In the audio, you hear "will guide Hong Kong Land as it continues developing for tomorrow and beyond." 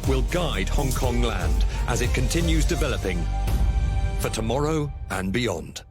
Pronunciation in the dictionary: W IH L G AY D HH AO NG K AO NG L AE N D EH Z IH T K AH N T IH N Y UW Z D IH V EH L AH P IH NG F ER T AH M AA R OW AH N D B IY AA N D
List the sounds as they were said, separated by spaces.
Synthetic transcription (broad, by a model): W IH L G AY D HH AO NG K AO NG L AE N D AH Z IH T K AH N T IH N Y UW Z D IH V EH L AH P IH NG F ER T AH M AA R OW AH N B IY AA N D